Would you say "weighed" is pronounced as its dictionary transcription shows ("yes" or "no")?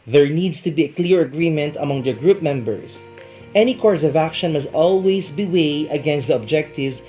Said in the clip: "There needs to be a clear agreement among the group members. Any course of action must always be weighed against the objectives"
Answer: no